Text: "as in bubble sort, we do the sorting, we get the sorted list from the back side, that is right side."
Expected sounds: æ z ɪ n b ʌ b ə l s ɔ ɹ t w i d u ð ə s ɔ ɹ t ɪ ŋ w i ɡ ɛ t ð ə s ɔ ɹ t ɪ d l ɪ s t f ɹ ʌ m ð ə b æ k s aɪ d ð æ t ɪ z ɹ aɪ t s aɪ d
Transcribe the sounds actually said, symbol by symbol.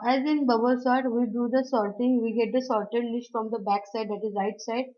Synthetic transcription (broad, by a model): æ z ɪ n b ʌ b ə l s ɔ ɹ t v i d u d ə s ɔ ɹ t ɪ ŋ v i ɡ ɛ t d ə s ɔ ɹ t ɪ d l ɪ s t f ɹ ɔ m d ə b æ k s aɪ d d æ t ɪ z ɹ aɪ t s aɪ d